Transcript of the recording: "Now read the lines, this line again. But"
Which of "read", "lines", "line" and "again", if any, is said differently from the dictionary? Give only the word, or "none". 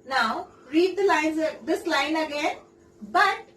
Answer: none